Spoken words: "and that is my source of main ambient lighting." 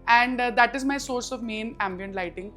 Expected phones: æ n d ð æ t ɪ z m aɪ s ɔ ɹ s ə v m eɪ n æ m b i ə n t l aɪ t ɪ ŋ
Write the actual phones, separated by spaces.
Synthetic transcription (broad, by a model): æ n d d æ t ɪ z m aɪ s ɔ ɹ s ə v m eɪ n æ m b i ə n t l aɪ t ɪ ŋ